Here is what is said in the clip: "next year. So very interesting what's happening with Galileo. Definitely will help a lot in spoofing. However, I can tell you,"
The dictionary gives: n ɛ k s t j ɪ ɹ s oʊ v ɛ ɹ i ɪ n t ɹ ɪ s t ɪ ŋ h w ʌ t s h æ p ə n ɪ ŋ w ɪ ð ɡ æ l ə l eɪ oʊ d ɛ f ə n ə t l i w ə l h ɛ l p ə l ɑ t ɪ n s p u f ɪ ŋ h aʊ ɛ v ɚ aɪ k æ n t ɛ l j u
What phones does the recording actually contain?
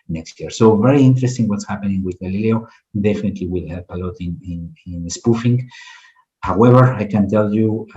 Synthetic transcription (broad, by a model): n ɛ k s t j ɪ ɹ s oʊ v ɛ ɹ i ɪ n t ɹ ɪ s t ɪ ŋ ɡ w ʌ t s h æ p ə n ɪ ŋ w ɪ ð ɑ l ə l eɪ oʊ d ɛ f ə n ə t l i w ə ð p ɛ l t ə n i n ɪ n s p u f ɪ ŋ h aʊ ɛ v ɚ aɪ k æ n t ɛ l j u